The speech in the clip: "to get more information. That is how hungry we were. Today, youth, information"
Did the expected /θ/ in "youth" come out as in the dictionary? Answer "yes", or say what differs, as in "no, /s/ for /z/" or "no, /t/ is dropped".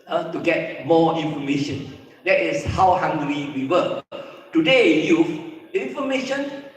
no, /f/ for /θ/